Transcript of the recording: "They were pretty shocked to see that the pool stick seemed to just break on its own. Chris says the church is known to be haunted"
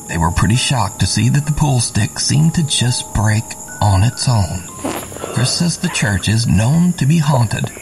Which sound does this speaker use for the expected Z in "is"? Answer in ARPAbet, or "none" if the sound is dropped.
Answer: Z